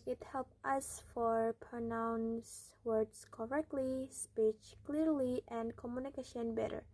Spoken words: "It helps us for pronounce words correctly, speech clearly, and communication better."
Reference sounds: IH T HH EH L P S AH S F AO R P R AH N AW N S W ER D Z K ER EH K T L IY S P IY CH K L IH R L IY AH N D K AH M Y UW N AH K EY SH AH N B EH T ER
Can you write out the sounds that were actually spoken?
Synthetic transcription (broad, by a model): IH T HH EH L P AH S F AO R P R AH N AW N S W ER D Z K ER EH K T L IY S P IY CH K L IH R L IY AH N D K AH M Y UW N AH K EY SH AH N B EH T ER